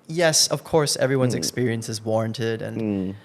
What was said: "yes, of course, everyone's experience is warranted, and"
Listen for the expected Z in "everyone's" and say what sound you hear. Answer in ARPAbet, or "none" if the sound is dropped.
Z